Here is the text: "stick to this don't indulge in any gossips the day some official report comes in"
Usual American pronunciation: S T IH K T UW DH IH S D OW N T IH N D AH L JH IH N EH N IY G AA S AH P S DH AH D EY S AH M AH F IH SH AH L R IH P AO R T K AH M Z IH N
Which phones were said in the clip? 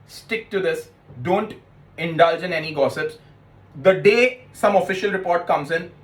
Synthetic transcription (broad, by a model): S T IH K T UW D IH S D OW N T IH N D AH L JH IH N EH N IY G AA S AH P S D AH D EY S AH M AH F IH SH AH L R IH P AO R T K AH M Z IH N